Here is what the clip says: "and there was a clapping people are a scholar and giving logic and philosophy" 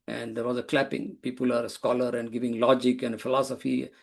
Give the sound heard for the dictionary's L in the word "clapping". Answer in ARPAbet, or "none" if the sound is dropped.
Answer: L